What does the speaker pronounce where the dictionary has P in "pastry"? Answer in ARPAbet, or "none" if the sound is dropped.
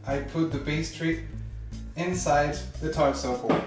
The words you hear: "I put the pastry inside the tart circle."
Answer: B